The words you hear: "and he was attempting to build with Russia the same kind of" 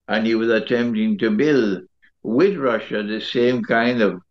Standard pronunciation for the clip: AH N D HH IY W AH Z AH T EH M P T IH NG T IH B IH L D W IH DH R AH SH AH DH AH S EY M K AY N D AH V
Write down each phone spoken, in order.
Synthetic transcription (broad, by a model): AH N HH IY W AH Z AH T EH M P T IH NG T IH B IH L D W IH DH R AH SH AH DH AH S EY M K AY N D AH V